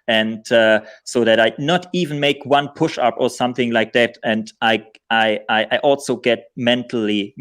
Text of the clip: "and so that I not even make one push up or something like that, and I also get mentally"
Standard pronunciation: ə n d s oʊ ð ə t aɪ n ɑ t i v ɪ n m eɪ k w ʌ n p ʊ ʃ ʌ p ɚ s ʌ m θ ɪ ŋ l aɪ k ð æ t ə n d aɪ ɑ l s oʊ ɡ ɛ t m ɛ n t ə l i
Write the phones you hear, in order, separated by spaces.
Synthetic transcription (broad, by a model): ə n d s oʊ ð ə t aɪ n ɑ t i v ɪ n m eɪ k w ʌ n p ʊ ʃ ʌ p ɚ s ʌ m θ ɪ ŋ l aɪ k ð æ t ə n d aɪ ɑ l s oʊ ɡ ɛ t m ɛ n t l i